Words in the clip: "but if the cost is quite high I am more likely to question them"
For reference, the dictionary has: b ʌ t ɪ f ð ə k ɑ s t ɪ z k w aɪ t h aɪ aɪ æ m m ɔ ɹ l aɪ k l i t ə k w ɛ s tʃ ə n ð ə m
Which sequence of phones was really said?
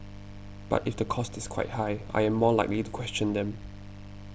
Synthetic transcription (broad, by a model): b ʌ t ɪ f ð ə k ɑ s t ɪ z k w aɪ t h aɪ aɪ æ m m ɔ l aɪ k l i t ə k w ɛ s tʃ ə n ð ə m